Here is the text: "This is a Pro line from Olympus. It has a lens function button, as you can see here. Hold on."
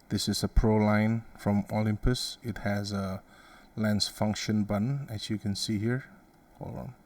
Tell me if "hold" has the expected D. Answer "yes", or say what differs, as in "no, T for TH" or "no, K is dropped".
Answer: no, D is dropped